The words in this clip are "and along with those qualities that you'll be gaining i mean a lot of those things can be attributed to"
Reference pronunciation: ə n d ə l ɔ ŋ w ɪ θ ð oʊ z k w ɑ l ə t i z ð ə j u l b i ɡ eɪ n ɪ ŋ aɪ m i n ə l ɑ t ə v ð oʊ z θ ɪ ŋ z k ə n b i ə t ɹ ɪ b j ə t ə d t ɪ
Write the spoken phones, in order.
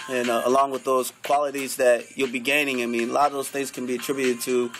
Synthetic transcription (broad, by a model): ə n ə l ɔ ŋ w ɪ ð oʊ z k w ɑ l ə t i z ð ə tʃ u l b i ɡ eɪ n ɪ ŋ aɪ m i n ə l ɑ t ə v ð oʊ z θ ɪ ŋ z k ə n b i ə t ɹ ɪ b j ə t ə d t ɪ